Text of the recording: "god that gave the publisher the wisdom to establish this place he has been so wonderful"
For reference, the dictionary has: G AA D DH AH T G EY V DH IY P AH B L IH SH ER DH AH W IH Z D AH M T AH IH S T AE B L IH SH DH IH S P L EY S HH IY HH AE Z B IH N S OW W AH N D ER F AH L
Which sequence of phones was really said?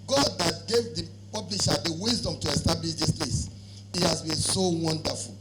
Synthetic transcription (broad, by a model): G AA D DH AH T G EY V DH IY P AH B L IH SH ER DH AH W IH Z D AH M T AH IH S T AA B L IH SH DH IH S P L EY S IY HH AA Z B IH N S OW W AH N D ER F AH L